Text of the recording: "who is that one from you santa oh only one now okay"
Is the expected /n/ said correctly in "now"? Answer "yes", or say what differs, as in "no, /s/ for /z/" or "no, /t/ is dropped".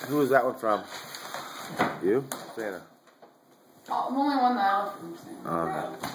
no, /l/ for /n/